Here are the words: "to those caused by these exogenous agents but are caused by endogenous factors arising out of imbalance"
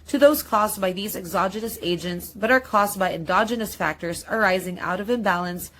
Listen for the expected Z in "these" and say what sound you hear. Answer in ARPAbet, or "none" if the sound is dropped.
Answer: Z